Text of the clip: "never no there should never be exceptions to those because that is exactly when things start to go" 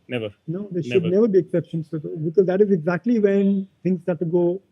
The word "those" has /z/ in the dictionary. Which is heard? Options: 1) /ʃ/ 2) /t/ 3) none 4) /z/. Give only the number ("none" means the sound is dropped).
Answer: 3